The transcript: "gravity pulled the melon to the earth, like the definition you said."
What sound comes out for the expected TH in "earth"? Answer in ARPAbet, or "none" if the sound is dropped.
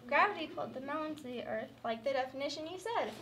TH